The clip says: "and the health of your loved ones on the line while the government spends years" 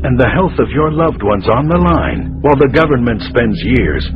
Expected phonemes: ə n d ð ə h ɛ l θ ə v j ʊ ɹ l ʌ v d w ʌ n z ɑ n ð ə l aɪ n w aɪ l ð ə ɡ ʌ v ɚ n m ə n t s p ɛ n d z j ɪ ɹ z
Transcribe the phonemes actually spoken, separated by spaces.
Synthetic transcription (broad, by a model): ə n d ð ə h ɛ l θ ə v j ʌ ɹ l ʌ v d w ʌ n z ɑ n ð ə l aɪ n w aɪ l ð ə ɡ ʌ v ɚ n m ə n t s p ɛ n d z j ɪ ɹ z